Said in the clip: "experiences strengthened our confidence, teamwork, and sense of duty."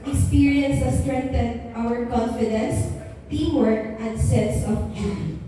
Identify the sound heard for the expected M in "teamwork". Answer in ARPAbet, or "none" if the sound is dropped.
none